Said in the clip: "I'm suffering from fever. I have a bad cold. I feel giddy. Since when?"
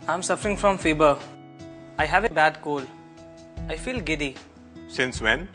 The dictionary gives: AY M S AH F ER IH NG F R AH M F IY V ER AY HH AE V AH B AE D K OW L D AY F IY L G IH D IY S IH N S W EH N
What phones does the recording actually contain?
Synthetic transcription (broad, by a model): AY M S AH F ER IH NG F R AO M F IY B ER AY HH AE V AH B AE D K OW L AY F IY L G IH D IY S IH N S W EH N